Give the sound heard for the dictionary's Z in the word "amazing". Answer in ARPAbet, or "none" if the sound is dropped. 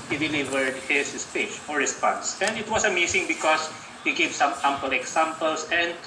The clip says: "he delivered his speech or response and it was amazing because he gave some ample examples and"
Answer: S